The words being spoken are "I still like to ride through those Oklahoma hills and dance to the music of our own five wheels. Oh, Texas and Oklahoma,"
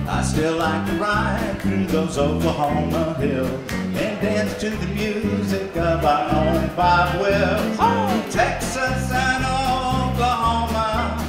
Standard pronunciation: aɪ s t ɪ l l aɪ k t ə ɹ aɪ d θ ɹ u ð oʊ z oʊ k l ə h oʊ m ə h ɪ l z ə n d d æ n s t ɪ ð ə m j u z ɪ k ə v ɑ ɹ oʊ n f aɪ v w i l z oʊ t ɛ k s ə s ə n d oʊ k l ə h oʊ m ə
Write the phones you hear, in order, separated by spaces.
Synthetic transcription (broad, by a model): aɪ s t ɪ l l aɪ k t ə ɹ aɪ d θ ɹ u ð oʊ z oʊ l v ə h oʊ m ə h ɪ l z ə n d d æ n s t ɪ ð ə m j u z ɪ k ə v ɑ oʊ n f aɪ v w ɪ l oʊ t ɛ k s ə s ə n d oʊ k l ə h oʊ m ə